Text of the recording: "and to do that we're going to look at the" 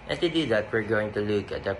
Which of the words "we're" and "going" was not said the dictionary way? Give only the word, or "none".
none